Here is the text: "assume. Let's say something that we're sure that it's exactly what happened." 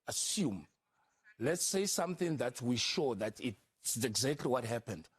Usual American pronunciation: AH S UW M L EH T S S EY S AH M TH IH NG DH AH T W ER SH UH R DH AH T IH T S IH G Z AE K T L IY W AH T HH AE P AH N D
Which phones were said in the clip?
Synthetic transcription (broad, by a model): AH S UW M L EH T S S EY S AH M TH IH NG DH AH T W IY SH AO DH AH T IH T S IH G Z AE K T L IY W AH T HH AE P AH N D